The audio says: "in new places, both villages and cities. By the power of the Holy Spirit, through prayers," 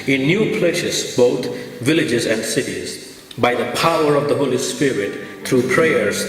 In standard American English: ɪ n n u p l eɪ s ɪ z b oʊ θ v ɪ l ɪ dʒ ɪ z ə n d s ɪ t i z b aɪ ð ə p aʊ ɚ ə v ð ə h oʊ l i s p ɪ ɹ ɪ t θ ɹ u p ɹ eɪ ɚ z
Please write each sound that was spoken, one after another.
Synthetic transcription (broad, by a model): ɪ n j u p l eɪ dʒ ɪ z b oʊ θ v ɪ l ɪ dʒ ɪ z ə n d s ɪ t i z b aɪ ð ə p aʊ ɚ ə v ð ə h oʊ l i s p ɪ ɹ ɪ t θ ɹ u p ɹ eɪ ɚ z